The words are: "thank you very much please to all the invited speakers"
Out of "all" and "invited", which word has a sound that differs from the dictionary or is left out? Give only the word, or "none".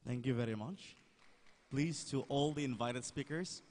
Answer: none